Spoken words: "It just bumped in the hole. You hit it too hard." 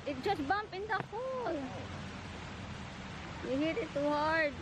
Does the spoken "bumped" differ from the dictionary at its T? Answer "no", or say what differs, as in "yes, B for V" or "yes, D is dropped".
yes, T is dropped